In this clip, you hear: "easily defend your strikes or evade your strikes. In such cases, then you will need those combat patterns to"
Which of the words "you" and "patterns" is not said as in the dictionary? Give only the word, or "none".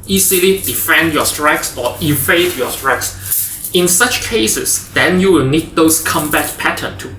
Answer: patterns